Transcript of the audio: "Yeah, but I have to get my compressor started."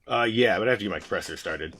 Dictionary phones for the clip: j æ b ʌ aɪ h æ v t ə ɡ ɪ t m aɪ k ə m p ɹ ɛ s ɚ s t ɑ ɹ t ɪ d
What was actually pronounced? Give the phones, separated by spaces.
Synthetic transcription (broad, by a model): j æ b ʌ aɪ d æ f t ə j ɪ m aɪ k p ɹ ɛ s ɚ s t ɑ ɹ t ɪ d